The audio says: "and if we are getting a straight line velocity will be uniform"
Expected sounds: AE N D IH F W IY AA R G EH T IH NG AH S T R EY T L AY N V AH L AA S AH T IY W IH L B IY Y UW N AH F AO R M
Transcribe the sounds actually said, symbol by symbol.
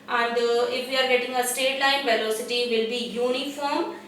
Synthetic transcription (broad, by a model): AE N D IH F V IY AA R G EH T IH NG AH S T EY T L AY N V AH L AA S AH T IY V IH L B IY Y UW N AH F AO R M